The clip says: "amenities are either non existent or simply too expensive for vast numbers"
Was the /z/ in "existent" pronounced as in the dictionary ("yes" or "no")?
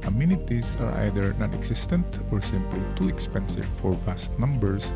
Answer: no